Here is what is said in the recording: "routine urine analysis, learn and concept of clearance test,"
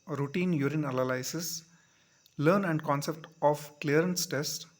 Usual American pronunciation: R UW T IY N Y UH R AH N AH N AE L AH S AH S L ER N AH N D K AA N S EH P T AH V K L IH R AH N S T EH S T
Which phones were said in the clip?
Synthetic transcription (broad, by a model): R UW T IY N Y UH R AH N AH L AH L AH S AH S L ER N AH N D K AA N S EH P T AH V K L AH R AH N S T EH S T